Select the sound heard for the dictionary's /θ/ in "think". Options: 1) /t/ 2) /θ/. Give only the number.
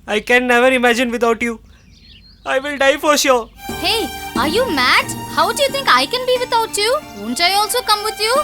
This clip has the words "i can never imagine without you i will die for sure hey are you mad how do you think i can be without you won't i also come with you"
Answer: 1